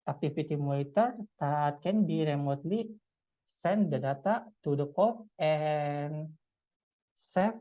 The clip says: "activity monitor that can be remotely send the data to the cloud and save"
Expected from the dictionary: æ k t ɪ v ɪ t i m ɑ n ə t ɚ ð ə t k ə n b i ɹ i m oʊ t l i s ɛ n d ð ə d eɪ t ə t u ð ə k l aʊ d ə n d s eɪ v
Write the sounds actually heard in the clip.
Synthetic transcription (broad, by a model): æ k t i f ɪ t i m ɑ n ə t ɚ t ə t k ə n b i ɹ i m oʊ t l i s ɛ n d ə d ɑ t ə t u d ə k ɔ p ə n s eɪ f